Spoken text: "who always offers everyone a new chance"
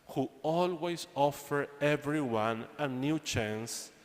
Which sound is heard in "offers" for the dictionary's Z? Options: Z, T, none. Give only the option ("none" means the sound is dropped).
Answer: none